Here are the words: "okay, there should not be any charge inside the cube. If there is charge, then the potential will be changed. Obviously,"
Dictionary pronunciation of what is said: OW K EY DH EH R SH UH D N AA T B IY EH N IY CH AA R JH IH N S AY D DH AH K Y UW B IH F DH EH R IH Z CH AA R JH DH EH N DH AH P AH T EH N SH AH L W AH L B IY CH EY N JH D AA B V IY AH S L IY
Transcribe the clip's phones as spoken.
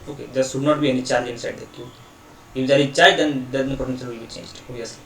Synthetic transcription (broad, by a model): OW K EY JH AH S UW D N AA T B IY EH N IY CH AA R JH IH N S AY D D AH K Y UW IH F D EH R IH CH AA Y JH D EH N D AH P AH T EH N S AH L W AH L B IY CH EY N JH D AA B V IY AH S L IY